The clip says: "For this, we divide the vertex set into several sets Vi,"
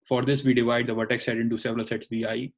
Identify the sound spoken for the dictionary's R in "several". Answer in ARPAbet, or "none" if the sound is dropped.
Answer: R